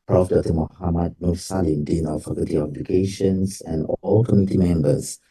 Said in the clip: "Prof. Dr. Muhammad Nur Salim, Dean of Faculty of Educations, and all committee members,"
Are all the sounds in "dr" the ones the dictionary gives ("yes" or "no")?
no